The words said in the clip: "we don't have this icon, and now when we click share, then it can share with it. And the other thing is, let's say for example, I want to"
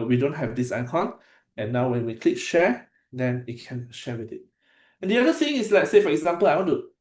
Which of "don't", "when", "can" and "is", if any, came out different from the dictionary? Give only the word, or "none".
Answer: is